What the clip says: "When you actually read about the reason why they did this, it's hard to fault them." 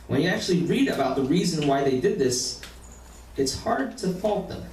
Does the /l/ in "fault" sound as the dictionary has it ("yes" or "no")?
yes